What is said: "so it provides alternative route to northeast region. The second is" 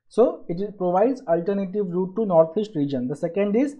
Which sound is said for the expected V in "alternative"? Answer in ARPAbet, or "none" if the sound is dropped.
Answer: V